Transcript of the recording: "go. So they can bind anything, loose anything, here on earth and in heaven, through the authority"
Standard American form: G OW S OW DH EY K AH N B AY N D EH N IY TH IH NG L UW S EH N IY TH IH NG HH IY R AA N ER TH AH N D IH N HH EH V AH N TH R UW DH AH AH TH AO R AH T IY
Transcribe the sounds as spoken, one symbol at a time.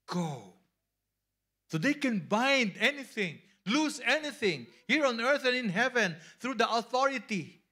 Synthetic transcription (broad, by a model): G OW S OW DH EY K AH N B AY N D EH N IY TH IH NG L UW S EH N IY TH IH NG HH IY R AA N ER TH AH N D IH N HH EH V AH N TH R UW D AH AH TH AO R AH T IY